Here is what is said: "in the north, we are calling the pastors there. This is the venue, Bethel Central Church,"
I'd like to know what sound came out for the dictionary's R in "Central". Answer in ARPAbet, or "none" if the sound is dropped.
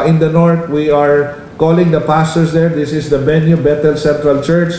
R